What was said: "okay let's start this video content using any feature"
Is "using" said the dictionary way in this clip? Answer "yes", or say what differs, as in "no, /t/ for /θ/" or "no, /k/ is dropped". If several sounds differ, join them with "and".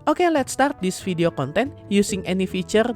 no, /s/ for /z/